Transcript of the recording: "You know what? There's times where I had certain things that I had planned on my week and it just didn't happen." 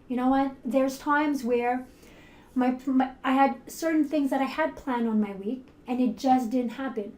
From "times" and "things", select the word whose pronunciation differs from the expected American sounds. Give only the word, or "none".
none